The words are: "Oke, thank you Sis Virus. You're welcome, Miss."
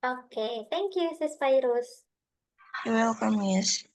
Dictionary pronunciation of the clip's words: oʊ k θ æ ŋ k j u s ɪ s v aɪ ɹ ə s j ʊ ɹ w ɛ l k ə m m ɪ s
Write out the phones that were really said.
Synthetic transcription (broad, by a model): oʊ k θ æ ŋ k j u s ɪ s f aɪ ɹ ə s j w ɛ l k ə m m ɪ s